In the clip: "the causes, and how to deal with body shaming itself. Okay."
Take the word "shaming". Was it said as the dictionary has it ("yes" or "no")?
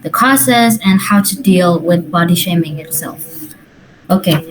yes